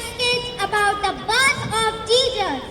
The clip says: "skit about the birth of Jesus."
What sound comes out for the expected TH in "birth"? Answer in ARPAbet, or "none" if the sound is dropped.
S